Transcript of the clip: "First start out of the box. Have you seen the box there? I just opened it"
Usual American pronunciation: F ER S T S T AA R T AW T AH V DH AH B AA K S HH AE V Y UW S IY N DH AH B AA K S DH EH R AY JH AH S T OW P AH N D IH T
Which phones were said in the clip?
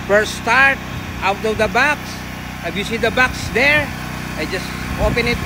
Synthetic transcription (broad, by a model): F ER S S T AA R T AW T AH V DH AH B AA K S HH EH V Y UW S IY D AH B AA K S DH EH R AY JH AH S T OW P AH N IH T